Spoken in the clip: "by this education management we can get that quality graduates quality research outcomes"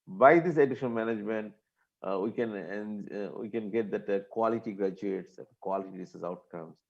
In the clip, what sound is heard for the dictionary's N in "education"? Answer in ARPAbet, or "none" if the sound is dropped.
L